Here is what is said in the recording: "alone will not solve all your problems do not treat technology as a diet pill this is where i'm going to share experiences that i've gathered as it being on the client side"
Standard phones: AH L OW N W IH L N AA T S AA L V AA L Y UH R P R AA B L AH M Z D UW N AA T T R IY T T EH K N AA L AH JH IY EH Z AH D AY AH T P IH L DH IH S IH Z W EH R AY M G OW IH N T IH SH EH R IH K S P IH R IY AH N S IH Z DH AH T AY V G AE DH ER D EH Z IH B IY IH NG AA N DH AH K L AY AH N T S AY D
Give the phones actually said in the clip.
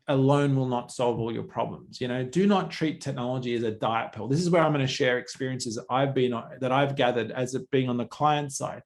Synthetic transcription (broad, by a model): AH L OW N W IH L N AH T S AA L V AA L Y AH R P R AA B L AH M Z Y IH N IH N T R IY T T EH K N AA L AH JH IY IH Z AH D AY AH T P IH L DH IH S IH Z W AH R AY M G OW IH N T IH SH EH R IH K S P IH R IY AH N S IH Z DH AH T AY V G AE DH ER D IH Z IH B IY IH NG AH N DH AH K L AY AH N T S AY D